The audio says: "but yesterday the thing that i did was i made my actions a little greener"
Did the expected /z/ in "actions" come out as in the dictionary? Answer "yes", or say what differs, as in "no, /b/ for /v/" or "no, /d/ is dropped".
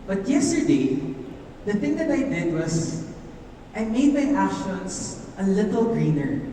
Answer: no, /s/ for /z/